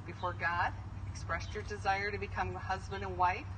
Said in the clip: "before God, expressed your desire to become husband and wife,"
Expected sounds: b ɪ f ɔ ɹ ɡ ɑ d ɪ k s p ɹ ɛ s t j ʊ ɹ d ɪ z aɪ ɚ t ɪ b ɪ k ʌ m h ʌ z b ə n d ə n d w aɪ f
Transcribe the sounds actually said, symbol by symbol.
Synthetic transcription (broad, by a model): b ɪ f ɔ ɹ ɡ ɑ d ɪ k s p ɹ ɛ s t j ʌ ɹ d ɪ z aɪ ɚ t ɪ b ɪ k ʌ m h ʌ z b ə n d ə n w aɪ f